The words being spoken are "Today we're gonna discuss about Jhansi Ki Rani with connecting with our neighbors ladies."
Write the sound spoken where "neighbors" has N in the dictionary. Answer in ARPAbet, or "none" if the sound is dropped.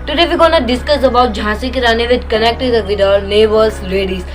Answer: L